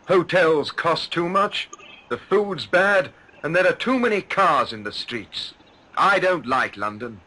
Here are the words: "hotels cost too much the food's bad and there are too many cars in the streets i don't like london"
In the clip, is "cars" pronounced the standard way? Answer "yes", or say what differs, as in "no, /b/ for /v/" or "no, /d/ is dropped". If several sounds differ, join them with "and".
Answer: yes